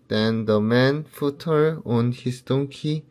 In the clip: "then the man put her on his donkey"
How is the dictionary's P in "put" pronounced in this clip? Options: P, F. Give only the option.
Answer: F